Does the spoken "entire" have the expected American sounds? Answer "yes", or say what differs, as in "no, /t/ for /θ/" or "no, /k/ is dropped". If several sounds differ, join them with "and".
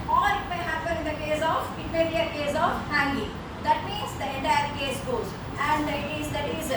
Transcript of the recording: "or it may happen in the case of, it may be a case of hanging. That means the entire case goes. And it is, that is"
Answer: no, /n/ is dropped